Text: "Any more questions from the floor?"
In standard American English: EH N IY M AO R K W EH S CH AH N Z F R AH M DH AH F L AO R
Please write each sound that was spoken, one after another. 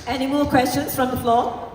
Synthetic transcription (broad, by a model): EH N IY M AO L K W EH S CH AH N S F R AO M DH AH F L AO